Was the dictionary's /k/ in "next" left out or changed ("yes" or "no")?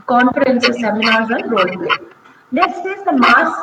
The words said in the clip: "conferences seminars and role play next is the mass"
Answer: yes